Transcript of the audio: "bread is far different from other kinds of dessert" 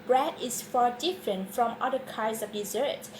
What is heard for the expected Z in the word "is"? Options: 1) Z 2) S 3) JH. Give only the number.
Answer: 2